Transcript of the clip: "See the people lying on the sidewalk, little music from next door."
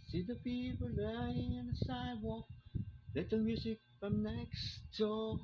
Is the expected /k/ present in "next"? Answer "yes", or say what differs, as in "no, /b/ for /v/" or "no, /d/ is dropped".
yes